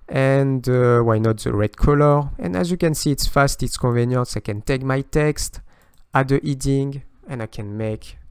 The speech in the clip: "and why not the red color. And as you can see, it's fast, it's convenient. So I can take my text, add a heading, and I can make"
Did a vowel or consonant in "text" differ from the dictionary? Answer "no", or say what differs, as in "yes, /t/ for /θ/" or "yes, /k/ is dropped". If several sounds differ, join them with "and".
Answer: no